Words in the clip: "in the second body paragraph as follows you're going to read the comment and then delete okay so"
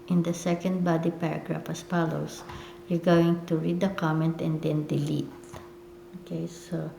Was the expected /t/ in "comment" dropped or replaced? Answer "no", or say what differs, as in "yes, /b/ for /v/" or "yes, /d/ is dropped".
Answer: no